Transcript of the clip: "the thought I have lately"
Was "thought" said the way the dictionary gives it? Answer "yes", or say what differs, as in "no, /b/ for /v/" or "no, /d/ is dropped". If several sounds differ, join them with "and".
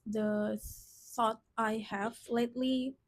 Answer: no, /s/ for /θ/